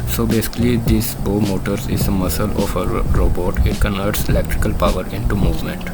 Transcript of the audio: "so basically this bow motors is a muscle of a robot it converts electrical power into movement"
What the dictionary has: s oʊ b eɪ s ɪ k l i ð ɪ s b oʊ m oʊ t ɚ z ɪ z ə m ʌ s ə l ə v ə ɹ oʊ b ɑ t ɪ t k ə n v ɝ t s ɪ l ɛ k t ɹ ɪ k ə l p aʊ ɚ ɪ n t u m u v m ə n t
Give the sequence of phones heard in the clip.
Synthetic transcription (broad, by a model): s oʊ b eɪ s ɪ k l i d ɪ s b oʊ m oʊ t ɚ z ɪ z ə m ʌ s ə l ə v ə ɹ oʊ b ɑ t ɪ t k ə n v ɝ t s ɪ l ɛ k t ɹ ɪ k ə l p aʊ ɚ ɪ n t u m u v m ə n t